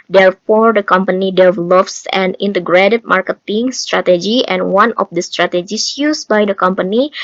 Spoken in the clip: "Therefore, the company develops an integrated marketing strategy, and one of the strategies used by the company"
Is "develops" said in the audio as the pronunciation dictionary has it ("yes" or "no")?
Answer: yes